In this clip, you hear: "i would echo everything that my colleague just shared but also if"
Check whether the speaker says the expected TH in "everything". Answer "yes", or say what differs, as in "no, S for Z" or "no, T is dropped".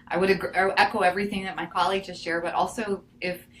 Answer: yes